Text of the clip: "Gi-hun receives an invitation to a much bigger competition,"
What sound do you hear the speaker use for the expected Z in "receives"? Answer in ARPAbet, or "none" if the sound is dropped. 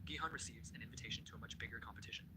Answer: Z